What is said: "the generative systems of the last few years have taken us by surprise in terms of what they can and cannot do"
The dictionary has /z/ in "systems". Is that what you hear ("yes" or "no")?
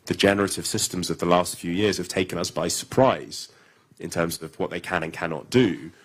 yes